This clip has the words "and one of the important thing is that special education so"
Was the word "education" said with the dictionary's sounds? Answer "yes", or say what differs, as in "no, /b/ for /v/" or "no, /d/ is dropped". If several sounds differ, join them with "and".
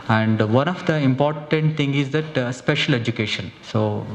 yes